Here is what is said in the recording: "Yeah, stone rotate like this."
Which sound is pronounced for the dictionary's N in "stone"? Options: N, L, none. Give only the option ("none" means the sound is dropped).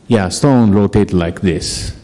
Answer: N